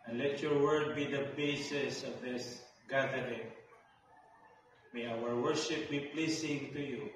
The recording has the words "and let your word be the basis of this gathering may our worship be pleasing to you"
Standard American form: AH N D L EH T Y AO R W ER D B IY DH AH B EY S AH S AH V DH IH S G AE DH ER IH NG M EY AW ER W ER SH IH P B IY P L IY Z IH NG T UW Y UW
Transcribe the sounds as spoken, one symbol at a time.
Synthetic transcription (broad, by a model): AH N L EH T Y AO R W ER D B IY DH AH B EY S AH S AH V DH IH S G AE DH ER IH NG M EY AW ER W ER SH IH P B IY P L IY S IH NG T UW Y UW